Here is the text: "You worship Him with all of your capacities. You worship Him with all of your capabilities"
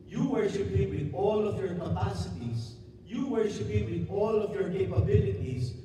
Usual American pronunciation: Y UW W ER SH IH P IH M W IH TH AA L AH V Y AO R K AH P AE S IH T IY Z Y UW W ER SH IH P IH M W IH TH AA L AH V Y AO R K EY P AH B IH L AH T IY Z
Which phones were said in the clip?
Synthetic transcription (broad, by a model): Y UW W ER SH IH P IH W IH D AA L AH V Y AO R K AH P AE S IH T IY S Y UW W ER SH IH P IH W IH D AA L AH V Y AO R K EY P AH B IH L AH T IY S